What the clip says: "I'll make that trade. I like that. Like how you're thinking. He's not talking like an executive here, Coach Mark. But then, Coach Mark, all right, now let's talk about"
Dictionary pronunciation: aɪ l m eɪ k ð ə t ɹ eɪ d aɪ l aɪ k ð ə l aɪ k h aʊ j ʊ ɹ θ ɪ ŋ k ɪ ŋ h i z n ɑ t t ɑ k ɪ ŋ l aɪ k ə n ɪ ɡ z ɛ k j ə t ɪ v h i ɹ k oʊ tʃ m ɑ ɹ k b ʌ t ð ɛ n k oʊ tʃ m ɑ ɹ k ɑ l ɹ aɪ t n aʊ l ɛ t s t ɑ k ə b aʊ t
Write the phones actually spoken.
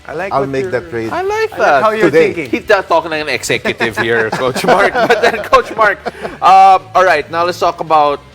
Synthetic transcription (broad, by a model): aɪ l m eɪ k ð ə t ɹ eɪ aɪ l aɪ k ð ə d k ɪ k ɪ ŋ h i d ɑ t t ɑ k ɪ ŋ l aɪ k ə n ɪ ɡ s ɛ k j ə t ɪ v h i ɹ k oʊ tʃ m ɑ ɹ k b ʌ t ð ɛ n k oʊ tʃ m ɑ ɹ k ɑ l ɹ aɪ t n aʊ l ɛ t s t ɑ k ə b aʊ t